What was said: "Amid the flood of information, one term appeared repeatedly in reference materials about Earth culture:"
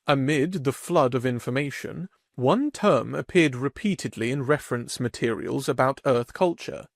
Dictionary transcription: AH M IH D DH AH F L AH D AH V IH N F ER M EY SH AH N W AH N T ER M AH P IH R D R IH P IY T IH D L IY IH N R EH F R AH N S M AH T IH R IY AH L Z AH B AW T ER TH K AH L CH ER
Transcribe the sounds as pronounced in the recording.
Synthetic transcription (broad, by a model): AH M IH D DH AH F L AH D AH V IH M F ER M EY SH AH N W AH N T ER M AH P IH R D R IH P IY T IH D L IY IH N R EH F R AH N S M AH T IH R IY AH L Z AH B AW T ER TH K AH L CH ER